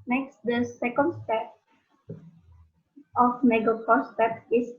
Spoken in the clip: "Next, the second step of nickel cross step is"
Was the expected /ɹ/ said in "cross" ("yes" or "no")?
no